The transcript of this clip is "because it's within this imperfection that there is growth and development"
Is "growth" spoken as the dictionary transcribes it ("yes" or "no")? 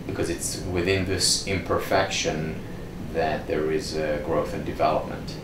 yes